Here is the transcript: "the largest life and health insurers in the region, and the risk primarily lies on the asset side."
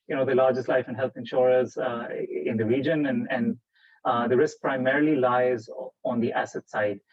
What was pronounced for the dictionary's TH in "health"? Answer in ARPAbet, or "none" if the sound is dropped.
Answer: T